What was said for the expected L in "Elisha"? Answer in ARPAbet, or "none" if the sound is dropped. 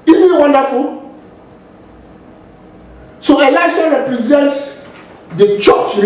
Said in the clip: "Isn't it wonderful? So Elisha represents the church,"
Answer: L